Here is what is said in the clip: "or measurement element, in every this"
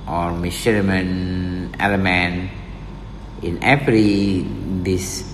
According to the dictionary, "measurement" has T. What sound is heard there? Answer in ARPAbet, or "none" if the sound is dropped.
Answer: none